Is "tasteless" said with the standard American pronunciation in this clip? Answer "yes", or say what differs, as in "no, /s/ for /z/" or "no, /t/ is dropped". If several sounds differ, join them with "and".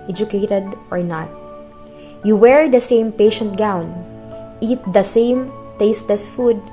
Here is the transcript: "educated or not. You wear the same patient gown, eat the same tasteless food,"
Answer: no, /l/ is dropped